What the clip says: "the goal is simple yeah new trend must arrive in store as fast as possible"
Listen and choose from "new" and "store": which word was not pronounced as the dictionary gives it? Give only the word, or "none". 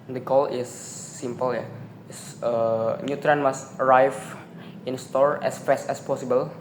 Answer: none